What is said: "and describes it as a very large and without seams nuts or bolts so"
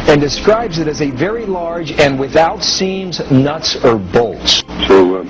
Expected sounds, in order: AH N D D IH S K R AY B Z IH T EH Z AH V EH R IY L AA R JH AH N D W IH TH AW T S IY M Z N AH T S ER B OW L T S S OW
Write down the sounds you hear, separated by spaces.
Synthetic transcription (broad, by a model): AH N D D IH S K R AY B Z IH T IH Z AH V EH R IY L AA R JH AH N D W IH TH AW T S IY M Z N AH T S ER B OW L T S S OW